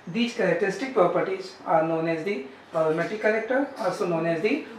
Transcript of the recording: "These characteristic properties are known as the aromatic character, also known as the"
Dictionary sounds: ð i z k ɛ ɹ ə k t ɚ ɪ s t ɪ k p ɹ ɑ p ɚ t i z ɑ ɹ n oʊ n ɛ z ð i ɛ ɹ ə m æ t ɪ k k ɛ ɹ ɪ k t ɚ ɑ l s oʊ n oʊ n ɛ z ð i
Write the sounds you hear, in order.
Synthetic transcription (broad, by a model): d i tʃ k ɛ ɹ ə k t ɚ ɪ s t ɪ k p ɹ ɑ p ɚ t i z ɑ ɹ n oʊ n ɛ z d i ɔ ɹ m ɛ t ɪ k k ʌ l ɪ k t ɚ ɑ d s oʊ n oʊ n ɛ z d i